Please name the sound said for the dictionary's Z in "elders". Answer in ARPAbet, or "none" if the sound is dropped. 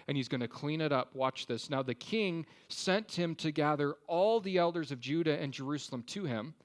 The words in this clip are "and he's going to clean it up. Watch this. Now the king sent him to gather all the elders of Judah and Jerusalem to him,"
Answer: Z